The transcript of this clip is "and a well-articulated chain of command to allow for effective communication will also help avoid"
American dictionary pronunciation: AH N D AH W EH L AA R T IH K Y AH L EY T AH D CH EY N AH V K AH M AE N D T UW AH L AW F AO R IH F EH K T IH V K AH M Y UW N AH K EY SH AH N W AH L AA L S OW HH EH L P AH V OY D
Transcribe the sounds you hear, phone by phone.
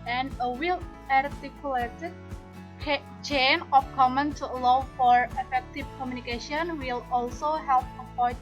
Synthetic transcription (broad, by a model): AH N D AH W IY L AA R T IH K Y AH L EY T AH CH CH EY N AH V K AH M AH N T UW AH L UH F AO R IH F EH K T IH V K AH M Y UW N AH K EY SH AH N W AH L AA L S OW HH EH L P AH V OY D